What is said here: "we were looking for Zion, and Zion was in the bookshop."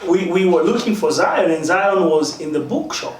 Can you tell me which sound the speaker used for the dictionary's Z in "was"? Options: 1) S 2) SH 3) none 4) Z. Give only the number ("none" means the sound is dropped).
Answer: 4